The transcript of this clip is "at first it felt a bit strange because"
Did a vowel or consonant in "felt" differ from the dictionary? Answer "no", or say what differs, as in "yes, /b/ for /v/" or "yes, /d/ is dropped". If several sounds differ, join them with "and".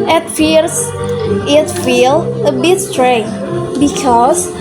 yes, /t/ is dropped